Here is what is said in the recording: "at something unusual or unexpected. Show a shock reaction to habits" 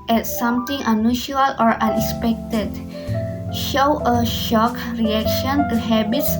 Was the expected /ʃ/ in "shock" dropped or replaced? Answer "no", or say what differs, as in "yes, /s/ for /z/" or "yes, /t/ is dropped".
no